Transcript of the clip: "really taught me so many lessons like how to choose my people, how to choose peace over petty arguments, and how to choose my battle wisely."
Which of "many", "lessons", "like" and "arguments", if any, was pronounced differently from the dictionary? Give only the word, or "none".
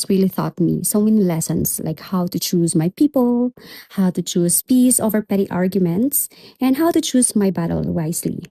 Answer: lessons